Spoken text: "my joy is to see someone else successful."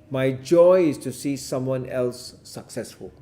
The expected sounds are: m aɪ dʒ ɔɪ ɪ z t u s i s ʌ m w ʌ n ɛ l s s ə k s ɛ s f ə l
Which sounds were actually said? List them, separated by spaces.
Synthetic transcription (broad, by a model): m aɪ dʒ ɔɪ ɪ s t u s i s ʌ m w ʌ n ɛ l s s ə k s ɛ s f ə l